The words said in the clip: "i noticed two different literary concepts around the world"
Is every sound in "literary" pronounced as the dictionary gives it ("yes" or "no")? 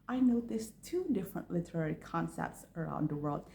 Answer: yes